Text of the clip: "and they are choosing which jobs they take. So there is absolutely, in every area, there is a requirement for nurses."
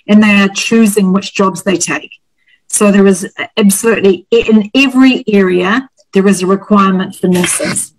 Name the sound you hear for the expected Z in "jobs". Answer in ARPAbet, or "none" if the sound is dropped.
Z